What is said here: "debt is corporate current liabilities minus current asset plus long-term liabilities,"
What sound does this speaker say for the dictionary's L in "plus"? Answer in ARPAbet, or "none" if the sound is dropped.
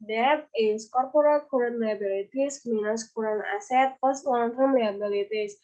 none